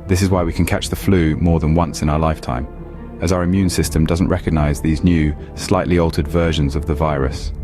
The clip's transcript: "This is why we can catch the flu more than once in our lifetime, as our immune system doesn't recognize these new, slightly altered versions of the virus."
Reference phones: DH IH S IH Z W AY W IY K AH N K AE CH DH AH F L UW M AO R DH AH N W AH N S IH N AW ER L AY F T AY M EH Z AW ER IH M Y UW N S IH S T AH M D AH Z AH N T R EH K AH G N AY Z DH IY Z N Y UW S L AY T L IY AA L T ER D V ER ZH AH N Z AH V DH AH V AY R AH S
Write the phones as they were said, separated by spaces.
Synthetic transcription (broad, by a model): DH IH S IH Z W AY W IY K AH N K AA CH DH AH F L UW M AO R DH AH N W AH N S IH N AW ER L AY F T AY M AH Z AW ER IH M Y UW N S IH S T AH M D AH Z AH N T R EH K AH G N AY Z DH IY Z N Y UW S L AY T L IY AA L T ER D V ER ZH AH N Z AH V DH AH V AY R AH S